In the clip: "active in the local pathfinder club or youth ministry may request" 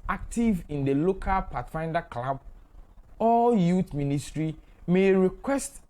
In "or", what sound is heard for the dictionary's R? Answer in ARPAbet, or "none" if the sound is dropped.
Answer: L